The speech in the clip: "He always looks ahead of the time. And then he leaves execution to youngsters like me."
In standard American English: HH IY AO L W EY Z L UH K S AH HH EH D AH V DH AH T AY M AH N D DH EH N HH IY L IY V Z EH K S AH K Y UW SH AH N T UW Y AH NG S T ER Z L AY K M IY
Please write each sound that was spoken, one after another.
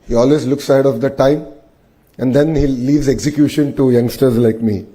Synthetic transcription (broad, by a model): HH IY AO L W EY Z L UH K S AH HH EH D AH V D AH T AY M AH N D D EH N HH IY L IY V Z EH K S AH K Y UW SH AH N T UW Y AH NG S T ER Z L AY K M IY